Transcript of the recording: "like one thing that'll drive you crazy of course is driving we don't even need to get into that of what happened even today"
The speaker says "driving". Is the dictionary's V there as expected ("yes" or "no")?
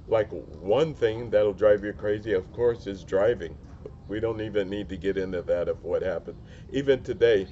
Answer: yes